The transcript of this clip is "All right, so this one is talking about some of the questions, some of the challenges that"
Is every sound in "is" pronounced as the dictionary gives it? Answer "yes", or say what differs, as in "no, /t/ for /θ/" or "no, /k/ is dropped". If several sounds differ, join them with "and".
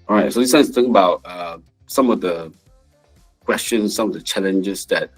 no, /s/ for /z/